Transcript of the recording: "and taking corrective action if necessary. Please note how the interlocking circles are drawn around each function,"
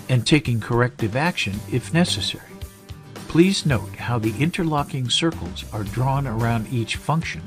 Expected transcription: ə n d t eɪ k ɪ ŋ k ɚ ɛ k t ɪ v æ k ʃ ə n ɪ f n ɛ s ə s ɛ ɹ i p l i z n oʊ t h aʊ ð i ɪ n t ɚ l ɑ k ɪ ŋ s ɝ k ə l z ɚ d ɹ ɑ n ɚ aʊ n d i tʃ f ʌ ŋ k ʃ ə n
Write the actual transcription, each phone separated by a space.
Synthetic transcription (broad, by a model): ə n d t eɪ k ɪ ŋ k ɚ ɛ k t ɪ v æ k ʃ ə n ɪ f n ɛ s ə s ɛ ɹ i p l i z n oʊ t h aʊ ð i ɪ n t ɚ l ɑ k ɪ ŋ s ɝ k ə l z ɚ d ɹ ɑ n ɚ aʊ n d i tʃ f ʌ ŋ k ʃ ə n